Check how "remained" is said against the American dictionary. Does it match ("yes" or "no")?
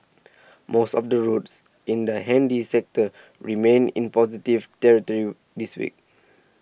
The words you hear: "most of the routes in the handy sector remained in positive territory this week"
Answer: no